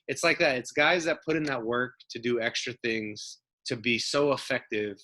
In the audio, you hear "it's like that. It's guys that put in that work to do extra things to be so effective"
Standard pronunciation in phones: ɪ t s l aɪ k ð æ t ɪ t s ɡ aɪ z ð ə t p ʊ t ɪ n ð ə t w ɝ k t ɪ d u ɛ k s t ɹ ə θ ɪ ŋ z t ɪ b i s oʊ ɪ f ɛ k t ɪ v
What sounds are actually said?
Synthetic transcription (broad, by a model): ɪ t s l aɪ k ð æ t ɪ t s ɡ aɪ z ð ə t p ʊ t ɪ n ð ə t w ɝ k t ɪ d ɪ ɛ k s t ɹ ə θ ɪ ŋ z t ɪ b i s oʊ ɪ f ɛ k t ɪ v